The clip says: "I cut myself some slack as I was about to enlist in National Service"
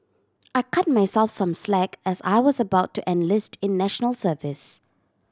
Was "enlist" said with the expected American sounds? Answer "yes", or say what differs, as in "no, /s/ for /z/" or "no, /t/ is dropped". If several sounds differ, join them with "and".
yes